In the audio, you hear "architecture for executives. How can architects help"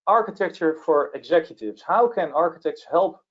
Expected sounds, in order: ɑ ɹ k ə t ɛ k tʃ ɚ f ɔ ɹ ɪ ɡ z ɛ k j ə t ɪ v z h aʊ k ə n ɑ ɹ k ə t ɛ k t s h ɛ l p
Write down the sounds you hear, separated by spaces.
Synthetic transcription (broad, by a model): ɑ ɹ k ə t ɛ k tʃ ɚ f ɔ ɹ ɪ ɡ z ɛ k j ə t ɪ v s h aʊ k ə n ɑ ɹ k ə t ɛ k t s h ɛ l p